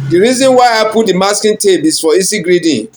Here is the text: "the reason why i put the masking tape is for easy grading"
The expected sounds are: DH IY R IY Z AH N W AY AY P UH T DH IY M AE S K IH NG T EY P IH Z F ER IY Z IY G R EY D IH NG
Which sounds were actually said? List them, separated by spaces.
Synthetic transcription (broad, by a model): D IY R IY Z AH N W AY AY P UH T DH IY M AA S K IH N T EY B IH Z F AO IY S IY G R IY D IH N